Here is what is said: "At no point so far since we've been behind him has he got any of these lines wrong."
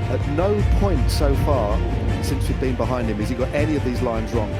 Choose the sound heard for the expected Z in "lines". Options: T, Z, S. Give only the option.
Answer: Z